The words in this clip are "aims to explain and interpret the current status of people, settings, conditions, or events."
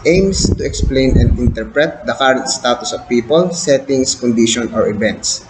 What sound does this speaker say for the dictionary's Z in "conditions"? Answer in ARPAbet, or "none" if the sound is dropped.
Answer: none